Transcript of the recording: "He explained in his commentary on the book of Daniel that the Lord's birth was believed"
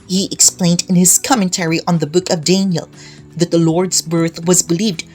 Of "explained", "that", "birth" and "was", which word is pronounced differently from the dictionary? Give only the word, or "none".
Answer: none